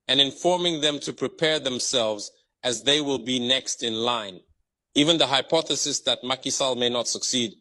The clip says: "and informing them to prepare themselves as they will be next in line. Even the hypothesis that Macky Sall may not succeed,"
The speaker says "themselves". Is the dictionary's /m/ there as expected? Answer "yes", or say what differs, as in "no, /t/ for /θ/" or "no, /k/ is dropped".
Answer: yes